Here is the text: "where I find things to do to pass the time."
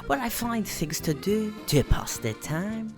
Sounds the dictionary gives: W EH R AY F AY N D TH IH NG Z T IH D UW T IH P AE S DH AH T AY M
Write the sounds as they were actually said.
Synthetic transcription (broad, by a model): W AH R AY F AY N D TH IH NG Z T IH D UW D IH P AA S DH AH T AY M